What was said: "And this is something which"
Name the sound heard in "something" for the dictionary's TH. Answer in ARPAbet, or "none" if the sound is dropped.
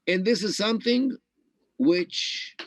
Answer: TH